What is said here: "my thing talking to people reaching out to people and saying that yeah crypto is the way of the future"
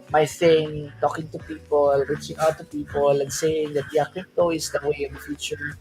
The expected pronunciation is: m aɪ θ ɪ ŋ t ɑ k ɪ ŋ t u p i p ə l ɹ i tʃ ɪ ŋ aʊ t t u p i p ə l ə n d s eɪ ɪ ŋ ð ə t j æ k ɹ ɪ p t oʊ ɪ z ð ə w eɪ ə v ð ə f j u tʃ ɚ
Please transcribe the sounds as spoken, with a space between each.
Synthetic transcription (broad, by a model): m aɪ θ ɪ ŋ t ɑ k ɪ ŋ t u p i p ə l ɹ i tʃ ɪ ŋ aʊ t t u p i p ə l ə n s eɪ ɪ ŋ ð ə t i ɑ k ɪ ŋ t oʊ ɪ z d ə w eɪ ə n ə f j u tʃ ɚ